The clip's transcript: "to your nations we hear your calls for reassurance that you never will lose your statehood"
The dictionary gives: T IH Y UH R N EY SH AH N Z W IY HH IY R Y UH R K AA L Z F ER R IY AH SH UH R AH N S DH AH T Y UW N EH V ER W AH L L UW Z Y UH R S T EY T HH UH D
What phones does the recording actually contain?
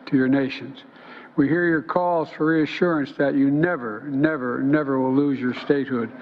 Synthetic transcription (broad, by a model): T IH Y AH R N EY SH AH N Z W IY HH IY R Y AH R K AA L Z F ER R IY AH SH UH R AH N S DH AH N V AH N EH V ER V AH W L UW Z Y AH R S T EY T HH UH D